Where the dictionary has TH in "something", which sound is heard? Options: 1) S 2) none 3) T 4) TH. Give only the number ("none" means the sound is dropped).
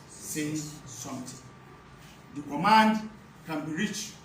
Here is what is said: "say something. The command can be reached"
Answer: 3